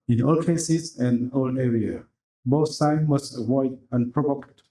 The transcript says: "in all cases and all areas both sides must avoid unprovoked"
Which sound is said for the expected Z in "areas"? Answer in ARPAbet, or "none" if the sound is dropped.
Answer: none